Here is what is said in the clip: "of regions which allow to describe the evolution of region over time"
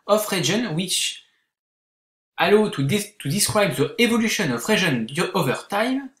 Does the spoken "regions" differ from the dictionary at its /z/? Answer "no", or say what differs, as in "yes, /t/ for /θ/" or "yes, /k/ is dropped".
yes, /z/ is dropped